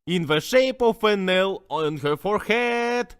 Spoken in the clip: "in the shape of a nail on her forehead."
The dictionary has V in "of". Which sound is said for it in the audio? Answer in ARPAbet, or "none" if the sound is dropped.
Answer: F